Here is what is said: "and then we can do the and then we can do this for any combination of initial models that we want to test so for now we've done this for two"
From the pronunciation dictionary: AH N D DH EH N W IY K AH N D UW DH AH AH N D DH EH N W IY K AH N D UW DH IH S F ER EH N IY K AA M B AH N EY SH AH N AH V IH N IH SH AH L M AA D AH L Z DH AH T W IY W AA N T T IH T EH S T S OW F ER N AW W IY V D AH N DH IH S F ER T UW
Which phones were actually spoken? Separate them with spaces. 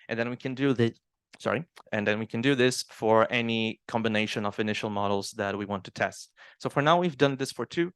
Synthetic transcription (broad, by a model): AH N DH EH N W IY K AH N D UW DH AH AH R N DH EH N W IY K AH N D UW DH IH S F ER EH N IY K AA M B AH N EY SH AH N AH V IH N IH SH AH L M AA D L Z DH AH T W IY W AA N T T IH T EH S T S OW F ER N AW W IY V D AH N DH IH S F ER T UW